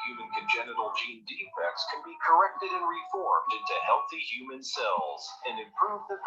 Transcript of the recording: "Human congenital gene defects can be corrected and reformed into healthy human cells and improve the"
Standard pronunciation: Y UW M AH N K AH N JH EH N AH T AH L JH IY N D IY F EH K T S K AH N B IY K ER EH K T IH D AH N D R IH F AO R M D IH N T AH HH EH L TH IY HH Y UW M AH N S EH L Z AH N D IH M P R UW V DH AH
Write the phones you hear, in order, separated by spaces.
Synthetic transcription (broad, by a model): Y UW M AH N K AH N JH EH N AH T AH L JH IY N D IY F EH K T S K AH N B IY K ER EH K T IH D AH N R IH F AO R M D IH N T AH HH EH L TH IY HH Y UW M AH N S EH L Z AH N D IH M P R UW V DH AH